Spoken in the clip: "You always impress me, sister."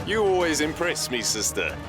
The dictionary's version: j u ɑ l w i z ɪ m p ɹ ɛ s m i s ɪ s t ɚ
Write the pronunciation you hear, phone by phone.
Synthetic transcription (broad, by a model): j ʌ ɑ l w i z ɪ m p ɹ ɛ s m i s ɪ s t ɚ